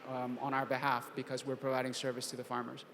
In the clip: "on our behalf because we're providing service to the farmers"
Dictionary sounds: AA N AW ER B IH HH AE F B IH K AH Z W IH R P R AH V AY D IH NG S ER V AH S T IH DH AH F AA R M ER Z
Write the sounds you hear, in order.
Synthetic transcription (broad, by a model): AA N AW ER B IH HH AE F B IH K AH Z W IH R P R AH V AY D IH NG S ER V AH S T IH DH AH F AA R M ER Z